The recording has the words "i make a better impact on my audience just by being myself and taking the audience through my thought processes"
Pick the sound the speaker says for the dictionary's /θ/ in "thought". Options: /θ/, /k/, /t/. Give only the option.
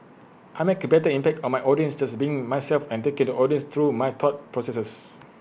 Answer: /t/